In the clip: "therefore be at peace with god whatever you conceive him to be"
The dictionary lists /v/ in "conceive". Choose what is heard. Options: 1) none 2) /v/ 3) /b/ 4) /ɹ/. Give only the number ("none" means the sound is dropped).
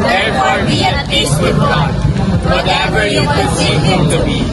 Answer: 1